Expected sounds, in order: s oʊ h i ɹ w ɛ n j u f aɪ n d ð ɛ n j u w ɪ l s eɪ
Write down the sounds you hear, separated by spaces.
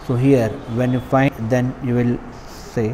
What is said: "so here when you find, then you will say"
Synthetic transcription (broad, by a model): s oʊ h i ɹ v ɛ n j u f aɪ d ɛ n j u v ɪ l s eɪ